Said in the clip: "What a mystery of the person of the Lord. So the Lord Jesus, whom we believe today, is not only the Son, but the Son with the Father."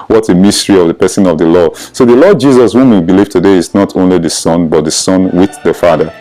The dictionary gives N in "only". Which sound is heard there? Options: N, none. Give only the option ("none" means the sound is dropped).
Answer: N